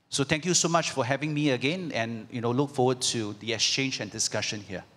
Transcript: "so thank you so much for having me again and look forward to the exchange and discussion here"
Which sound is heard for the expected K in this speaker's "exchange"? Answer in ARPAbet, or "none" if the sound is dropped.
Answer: K